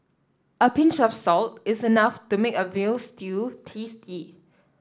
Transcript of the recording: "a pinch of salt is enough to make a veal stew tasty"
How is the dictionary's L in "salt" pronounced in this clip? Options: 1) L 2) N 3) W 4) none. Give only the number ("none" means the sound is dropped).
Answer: 1